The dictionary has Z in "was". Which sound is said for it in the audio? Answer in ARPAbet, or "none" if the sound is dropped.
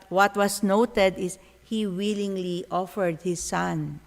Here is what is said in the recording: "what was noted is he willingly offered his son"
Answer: S